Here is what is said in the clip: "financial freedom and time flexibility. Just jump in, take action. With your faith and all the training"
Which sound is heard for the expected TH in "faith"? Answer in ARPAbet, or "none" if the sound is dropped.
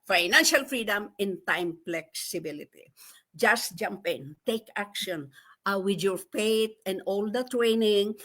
T